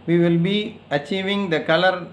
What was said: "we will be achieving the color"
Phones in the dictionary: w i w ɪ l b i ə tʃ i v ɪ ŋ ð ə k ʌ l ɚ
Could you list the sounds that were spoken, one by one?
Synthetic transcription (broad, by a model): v i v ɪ l b i ə tʃ i v ɪ ŋ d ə k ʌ l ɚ